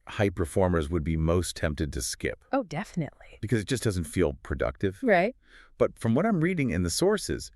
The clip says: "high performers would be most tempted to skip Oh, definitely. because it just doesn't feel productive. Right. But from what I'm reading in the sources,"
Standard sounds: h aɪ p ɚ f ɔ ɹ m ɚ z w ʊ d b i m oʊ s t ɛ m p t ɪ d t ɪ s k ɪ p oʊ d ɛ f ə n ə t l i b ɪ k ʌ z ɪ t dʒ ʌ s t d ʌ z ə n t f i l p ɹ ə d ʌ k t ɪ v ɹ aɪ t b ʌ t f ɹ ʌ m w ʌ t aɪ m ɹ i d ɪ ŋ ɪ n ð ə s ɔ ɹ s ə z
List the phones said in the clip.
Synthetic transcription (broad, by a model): h aɪ p ɚ f ɔ ɹ m ɚ z w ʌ d b i m oʊ s t ɛ m p t ɪ d t ɪ s k ɪ p oʊ d ɛ f ə n ə t l i b ɪ k ʌ z ɪ t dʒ ʌ s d ʌ z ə n t f i l p ɹ ə d ʌ k t ɪ v ɹ aɪ t b ʌ t f ɹ ʌ m w ʌ t aɪ m ɹ i d ɪ ŋ ɪ n ð ə s ɔ ɹ s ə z